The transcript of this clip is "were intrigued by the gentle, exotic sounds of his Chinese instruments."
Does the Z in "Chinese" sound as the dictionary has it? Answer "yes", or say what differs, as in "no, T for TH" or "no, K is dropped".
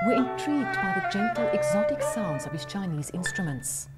yes